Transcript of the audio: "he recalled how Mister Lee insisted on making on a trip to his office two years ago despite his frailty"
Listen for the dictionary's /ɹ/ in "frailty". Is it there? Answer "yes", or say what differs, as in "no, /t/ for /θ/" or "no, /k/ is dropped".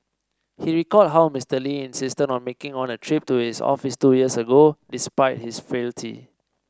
no, /ɹ/ is dropped